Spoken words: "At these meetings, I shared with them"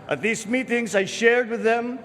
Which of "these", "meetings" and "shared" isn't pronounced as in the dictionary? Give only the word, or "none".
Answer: none